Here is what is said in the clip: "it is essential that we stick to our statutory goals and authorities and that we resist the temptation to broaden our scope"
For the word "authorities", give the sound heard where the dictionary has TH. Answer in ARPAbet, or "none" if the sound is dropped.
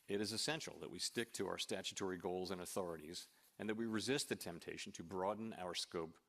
TH